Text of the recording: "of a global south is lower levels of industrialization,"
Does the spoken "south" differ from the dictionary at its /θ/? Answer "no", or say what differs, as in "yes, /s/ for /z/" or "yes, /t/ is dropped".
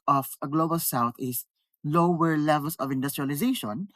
yes, /t/ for /θ/